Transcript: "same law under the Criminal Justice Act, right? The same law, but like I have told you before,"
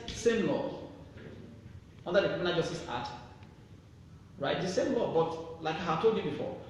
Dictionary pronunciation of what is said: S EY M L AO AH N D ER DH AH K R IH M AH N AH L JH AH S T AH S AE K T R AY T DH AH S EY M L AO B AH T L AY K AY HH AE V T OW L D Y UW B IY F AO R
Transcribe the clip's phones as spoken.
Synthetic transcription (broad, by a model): S EY M L AO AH N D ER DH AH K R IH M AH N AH JH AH S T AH S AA T R AY T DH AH S EY M L AO B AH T L AY K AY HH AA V T OW L D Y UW B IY F AO